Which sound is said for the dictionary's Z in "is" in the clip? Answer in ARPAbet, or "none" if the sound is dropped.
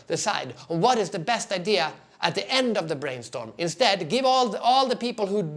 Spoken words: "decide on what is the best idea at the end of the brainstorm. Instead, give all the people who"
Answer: Z